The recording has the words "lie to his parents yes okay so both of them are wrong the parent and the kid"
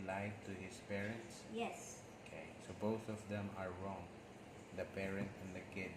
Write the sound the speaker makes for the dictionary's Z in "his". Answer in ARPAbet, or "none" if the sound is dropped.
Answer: S